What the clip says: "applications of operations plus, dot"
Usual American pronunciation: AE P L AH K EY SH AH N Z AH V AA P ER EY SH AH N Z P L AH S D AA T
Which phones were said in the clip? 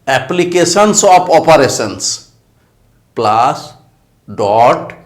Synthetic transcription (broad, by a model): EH P L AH K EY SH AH N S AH P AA P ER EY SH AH N S P L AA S D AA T